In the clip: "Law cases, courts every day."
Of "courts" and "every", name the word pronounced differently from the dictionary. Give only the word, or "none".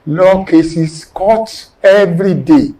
courts